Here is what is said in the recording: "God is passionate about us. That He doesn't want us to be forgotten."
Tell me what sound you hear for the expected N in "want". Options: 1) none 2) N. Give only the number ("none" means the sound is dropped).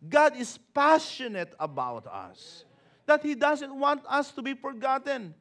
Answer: 2